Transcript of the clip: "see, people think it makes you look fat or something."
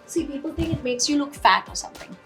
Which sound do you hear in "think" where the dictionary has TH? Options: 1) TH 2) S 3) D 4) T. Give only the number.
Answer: 1